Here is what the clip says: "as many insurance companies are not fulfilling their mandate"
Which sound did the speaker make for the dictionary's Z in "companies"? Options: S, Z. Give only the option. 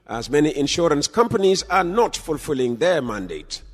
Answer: Z